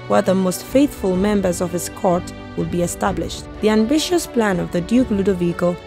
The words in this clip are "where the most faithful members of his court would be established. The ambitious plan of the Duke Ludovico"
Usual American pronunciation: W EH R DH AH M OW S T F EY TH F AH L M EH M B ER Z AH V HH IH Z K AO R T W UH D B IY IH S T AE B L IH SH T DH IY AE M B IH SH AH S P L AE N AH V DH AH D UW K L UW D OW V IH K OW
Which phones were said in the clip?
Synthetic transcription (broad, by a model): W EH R DH AH M OW S T F EY TH F AH L M EH M B ER Z AH V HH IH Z K AO R T W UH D B IY IH S T AE B L IH SH T DH IY AE M B IH SH AH S P L AE N AH V DH AH D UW K L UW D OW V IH K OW